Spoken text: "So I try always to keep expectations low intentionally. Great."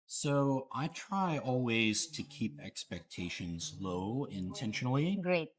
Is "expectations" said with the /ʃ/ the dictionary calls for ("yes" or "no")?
yes